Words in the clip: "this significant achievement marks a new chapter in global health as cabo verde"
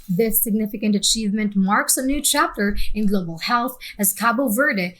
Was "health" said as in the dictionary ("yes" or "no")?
yes